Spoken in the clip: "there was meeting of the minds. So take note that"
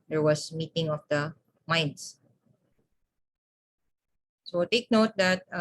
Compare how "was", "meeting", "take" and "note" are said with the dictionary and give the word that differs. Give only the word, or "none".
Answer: was